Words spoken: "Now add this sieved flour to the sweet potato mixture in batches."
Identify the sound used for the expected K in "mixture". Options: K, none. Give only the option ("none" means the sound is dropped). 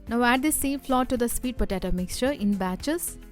K